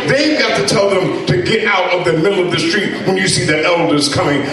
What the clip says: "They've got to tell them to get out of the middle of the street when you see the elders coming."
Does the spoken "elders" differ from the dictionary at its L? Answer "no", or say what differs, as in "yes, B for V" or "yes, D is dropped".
no